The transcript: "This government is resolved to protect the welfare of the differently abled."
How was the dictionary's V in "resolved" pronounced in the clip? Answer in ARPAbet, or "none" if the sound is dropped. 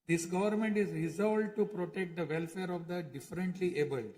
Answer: none